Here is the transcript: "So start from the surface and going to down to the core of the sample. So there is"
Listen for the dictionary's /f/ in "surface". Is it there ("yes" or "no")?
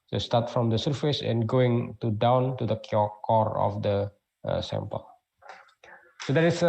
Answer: yes